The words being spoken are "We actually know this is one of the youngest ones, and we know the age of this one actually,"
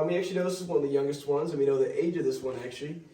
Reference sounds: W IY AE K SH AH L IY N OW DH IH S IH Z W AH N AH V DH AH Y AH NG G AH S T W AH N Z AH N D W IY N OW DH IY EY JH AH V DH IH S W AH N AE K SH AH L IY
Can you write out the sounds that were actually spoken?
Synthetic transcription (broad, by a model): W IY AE K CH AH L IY N OW DH IH S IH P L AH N DH AH Y AH NG G AH S T W AH N Z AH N W IY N OW DH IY EY JH AH V DH IH S W AH N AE K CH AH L IY